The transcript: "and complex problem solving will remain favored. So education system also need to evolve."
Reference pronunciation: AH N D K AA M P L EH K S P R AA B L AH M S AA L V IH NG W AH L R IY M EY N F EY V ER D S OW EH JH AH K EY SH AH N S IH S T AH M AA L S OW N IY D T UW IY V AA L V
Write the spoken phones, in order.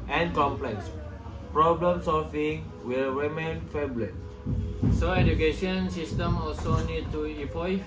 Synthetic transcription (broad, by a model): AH N K AA M P L EH K S P R AA B L AH M S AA L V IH NG W AH L R IY M EY N F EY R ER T S OW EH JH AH K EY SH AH N S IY S T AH M AA L S OW N IY D T UW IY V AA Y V